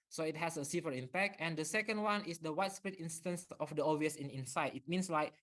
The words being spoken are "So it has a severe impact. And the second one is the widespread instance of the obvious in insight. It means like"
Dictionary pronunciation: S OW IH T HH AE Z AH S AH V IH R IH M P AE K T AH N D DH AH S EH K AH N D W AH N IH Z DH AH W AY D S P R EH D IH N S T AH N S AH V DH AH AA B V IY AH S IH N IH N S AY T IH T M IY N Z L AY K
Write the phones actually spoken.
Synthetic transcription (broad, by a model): S OW IH T HH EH S AH S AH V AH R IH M P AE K T AH N D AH S EH K AH N D W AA N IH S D AH W AY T S P R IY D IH N S T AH N S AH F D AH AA V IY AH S IH N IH N S AY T IH T M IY N S L AY K